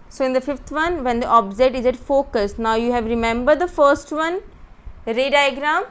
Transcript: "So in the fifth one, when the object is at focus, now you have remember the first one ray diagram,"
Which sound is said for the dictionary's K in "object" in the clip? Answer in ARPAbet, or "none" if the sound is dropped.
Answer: none